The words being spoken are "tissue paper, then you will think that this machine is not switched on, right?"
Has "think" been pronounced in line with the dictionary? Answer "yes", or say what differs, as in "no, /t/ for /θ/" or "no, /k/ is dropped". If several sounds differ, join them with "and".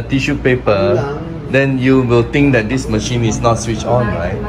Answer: no, /t/ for /θ/